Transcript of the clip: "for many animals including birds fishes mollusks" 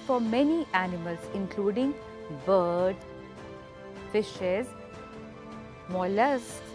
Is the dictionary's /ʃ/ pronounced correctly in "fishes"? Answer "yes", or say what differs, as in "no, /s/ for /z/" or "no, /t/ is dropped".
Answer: yes